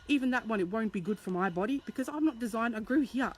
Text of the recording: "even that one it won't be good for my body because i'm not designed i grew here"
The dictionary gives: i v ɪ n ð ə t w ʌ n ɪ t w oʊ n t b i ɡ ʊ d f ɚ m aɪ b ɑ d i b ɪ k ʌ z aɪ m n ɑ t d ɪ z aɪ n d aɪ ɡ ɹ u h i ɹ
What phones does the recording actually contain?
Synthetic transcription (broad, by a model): i v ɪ n ð ə t w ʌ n ɪ t w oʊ n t b i ɡ ʊ d f ɚ m aɪ b ɑ d i b ɪ k ʌ z aɪ m n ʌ t d ɪ z aɪ n d aɪ ɡ ɹ u h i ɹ